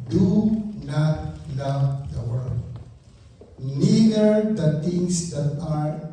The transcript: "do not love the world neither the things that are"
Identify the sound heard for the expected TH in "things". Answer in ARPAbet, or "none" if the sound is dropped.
T